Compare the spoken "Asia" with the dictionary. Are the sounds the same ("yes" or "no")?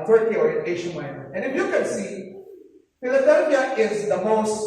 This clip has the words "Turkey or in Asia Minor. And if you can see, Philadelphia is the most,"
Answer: no